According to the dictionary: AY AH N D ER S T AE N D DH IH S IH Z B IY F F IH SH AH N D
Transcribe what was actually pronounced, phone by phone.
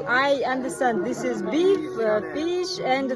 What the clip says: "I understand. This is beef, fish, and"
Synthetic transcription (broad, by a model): AY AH N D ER S T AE N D DH IH S IH Z B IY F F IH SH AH N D